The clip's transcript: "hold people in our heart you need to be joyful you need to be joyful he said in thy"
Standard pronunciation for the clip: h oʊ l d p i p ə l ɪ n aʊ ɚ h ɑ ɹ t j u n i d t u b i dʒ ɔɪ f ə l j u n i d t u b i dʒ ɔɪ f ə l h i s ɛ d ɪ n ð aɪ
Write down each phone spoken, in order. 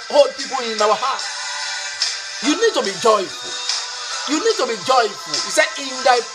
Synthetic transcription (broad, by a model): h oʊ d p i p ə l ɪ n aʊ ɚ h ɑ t j u n i d t u b i dʒ ɔɪ f ə l j u n i d t u b i dʒ ɔɪ f ə l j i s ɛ ɪ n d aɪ